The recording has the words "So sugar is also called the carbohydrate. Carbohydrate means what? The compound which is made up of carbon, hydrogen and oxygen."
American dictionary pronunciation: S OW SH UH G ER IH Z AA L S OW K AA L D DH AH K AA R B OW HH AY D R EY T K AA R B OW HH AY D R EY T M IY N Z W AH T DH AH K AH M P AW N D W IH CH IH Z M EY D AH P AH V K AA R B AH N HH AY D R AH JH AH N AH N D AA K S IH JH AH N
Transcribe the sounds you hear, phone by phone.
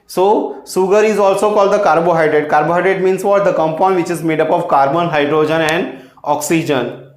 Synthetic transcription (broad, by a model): S OW S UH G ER IH Z AA L S OW K AA L D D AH K AA R B OW HH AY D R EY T K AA R B OW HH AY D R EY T M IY N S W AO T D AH K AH M P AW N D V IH CH IH Z M EY D AH P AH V K AA R B AH N HH AY D R AH JH AH N AH N D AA K S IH JH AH N